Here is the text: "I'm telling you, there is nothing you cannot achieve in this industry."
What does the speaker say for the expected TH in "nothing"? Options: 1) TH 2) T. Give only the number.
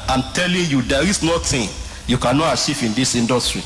2